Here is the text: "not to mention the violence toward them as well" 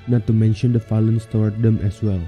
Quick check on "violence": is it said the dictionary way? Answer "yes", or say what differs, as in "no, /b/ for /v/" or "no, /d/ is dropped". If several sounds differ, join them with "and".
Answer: no, /f/ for /v/